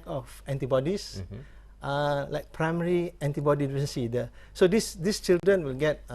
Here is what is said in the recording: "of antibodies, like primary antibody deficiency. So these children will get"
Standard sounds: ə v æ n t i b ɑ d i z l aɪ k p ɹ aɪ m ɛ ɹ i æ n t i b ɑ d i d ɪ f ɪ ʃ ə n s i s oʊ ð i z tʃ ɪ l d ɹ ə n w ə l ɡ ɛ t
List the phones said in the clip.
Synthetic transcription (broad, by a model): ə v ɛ n t i b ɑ d i s l aɪ k p ɹ aɪ m ɛ ɹ i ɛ n t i b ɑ d i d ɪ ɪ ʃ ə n s i s oʊ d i s tʃ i l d ɹ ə n w ə l ɡ ɛ t